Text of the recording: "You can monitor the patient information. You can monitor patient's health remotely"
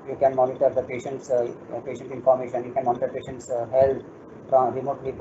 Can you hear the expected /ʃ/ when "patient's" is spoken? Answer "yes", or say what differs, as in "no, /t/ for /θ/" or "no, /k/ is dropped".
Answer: yes